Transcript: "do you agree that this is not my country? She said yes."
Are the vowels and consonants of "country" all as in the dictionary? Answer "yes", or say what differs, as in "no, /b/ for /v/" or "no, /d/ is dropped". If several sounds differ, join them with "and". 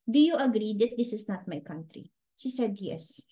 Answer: yes